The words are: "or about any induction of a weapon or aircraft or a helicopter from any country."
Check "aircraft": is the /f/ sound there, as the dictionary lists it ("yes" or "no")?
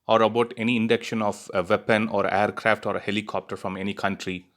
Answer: yes